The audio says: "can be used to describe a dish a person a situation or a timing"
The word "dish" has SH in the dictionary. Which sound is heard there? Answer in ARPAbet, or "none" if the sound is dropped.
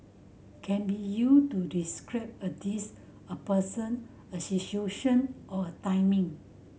S